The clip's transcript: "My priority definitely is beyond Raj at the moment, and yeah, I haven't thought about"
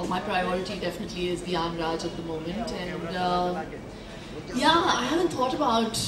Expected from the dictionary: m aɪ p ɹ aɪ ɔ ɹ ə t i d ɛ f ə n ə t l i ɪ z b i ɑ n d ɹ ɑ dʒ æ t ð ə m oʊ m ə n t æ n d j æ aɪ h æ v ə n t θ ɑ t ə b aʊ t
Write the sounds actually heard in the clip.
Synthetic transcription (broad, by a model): m aɪ p ɹ aɪ ɔ ɹ ə t i d ɛ f ə n ə t l i ɪ z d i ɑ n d ɹ ɑ dʒ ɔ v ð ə m oʊ m ə n t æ n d j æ aɪ h æ v ə n t t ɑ t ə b aʊ t